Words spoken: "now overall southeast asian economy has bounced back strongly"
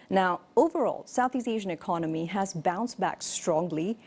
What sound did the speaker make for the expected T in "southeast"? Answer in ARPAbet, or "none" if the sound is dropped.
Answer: none